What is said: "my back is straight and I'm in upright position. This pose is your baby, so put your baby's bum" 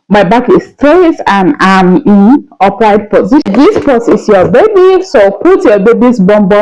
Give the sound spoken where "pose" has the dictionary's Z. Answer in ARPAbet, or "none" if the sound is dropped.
S